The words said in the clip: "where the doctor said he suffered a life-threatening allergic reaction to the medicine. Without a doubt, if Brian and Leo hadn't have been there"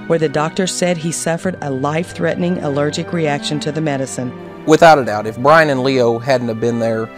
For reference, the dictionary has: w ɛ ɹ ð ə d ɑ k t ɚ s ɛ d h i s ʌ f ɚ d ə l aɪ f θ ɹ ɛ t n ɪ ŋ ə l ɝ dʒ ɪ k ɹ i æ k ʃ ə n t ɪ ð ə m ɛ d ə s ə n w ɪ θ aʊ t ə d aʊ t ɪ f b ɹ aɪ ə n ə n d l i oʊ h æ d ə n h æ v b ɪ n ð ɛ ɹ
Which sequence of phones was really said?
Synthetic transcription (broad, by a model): w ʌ ɹ ð ə d ɑ k t ɚ s ɛ d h i s ʌ f ɚ d ə l aɪ f θ ɹ ɛ t n ɪ ŋ ə l ɝ dʒ ɪ k ɹ i æ k ʃ ə n t ɪ ð ə m ɛ d ə s ə n w ɪ θ aʊ t ə d aʊ t ɪ f b ɹ aɪ ə n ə n l i oʊ h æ d n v b ɪ n ð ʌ ɹ